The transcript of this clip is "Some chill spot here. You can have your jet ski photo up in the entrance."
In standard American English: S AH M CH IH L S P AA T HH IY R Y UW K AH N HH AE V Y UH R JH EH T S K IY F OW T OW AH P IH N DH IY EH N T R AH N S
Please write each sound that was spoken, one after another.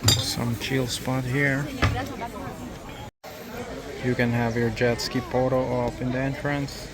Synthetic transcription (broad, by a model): S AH M CH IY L S P AA T HH IY R Y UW K AH N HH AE V Y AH R JH EH T S K IY P OW T OW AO F IH N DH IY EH N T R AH N S